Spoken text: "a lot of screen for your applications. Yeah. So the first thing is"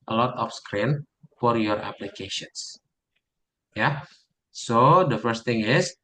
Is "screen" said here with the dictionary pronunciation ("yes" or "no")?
yes